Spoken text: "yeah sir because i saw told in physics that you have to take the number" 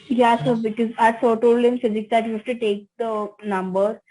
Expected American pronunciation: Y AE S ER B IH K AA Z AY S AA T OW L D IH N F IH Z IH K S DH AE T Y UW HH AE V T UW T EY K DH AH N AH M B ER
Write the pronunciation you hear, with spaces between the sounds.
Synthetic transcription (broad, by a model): Y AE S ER B IH K AA Z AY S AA T OW L D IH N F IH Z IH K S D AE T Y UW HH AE F T UW T EY K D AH N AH M B ER